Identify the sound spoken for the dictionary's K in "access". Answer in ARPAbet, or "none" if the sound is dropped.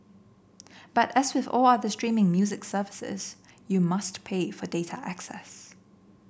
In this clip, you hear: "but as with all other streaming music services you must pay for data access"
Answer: K